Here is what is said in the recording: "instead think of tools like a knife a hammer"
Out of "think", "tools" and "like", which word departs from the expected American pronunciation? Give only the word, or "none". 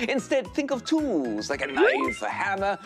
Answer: none